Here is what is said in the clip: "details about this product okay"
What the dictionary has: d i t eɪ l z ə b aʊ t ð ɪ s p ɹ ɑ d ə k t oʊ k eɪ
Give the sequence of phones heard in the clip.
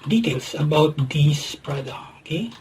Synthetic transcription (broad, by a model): d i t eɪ l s ə b aʊ t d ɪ s p ɹ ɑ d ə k oʊ k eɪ